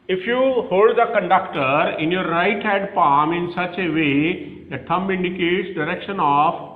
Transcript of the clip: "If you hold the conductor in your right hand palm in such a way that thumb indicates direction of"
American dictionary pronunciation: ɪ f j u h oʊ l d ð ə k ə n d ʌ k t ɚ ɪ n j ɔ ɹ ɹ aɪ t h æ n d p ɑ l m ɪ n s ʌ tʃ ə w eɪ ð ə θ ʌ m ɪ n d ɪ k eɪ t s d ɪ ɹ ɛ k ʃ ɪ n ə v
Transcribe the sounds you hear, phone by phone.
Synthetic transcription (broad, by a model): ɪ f j u h oʊ l d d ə k ə n d ʌ k t ɚ ɪ n j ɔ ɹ ɹ aɪ t h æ d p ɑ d m ɪ n s ʌ tʃ ə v eɪ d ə t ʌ m ɪ n d ɪ k eɪ t s d ɪ ɹ ɛ k ʃ ɪ n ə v